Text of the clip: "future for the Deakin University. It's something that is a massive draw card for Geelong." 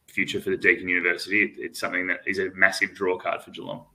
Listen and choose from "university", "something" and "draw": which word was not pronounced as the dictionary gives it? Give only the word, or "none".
none